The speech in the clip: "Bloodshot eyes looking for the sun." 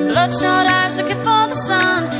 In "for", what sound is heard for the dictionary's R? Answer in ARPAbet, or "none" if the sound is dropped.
L